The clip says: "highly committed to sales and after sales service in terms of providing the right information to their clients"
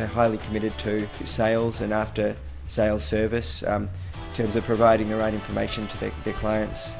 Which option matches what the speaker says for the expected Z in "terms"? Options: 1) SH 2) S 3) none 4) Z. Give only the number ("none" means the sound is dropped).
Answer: 4